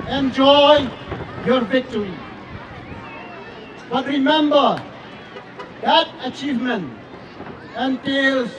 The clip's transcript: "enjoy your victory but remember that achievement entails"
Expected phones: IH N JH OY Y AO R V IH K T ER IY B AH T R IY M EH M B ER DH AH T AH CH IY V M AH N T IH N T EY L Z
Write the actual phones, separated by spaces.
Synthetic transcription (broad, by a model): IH N JH OY Y AO R V IH K T ER IY B AH T R IY M EH M B ER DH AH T AH CH IY V M AH N T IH N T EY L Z